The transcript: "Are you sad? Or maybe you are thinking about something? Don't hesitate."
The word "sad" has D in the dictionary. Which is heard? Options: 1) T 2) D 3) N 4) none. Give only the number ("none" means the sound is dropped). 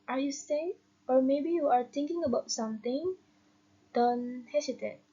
4